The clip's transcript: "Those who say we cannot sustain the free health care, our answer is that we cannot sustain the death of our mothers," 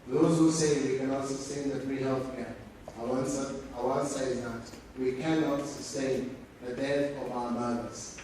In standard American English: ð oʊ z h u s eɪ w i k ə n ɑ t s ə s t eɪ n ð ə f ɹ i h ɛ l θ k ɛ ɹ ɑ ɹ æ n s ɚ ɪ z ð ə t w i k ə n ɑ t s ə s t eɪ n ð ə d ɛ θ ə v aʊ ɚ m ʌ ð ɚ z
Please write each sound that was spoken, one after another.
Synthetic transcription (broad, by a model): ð oʊ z h u s eɪ w i k ə n ɑ t s ə s t eɪ n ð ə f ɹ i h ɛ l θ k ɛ w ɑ w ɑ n s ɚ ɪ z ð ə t w i k ə n ɑ t s ə s t eɪ n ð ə d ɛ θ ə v aʊ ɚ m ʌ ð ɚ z